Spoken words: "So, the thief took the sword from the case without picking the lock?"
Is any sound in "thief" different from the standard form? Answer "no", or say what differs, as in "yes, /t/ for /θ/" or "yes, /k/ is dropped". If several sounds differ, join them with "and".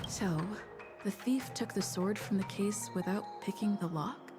no